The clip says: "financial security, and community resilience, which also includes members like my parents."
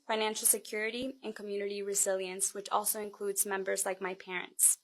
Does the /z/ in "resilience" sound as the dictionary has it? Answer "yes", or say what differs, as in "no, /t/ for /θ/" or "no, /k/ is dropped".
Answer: yes